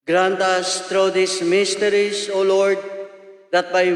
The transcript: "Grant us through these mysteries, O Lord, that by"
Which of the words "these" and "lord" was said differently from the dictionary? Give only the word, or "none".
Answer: these